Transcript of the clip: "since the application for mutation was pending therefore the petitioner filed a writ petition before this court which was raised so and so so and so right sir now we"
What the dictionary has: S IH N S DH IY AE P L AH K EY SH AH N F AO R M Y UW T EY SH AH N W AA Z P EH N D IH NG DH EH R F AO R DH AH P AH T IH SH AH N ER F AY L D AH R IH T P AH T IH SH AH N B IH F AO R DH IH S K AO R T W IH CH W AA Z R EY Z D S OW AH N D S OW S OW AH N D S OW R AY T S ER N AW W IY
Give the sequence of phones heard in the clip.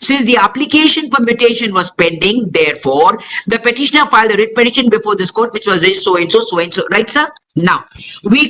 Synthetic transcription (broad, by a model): S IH N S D IY AE P L AH K EY SH AH N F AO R M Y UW T EY SH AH N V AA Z P EH N D IH NG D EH R F AO R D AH P AH T IH SH AH N ER F AY L D AH R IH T P AH T IH SH AH N B IH F AO R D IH S K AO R T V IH CH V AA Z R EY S S OW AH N S OW S OW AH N S OW R AY T S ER N AW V IY